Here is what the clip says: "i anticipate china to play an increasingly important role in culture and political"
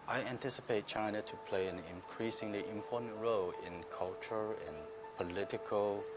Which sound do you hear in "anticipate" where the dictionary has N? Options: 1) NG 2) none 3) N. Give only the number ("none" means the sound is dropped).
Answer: 3